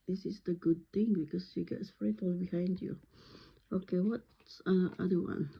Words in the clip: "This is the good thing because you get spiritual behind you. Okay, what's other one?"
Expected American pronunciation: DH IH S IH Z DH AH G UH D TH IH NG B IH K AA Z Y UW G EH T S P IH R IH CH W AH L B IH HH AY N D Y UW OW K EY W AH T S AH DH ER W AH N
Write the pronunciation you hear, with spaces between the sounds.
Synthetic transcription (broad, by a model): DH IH S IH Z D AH G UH D T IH NG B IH K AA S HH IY G EH T S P R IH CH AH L B IH HH AY N D Y UW OW K EY W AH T S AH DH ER W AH N